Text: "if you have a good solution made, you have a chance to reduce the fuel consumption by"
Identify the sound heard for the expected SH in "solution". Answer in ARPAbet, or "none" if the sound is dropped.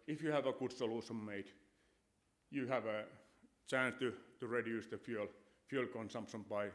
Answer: S